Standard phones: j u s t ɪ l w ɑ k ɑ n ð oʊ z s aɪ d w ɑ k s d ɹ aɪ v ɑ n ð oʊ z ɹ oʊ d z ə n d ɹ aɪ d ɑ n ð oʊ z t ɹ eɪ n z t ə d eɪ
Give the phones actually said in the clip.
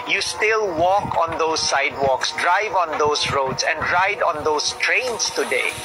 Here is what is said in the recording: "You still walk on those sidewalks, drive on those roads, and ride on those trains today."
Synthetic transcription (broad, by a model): j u s t ɪ l w ɑ k ɑ n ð oʊ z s aɪ d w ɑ k s d ɹ aɪ v ɑ n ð oʊ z ɹ oʊ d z ə n d ɹ aɪ d ɑ n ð oʊ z t ɹ eɪ n s t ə d eɪ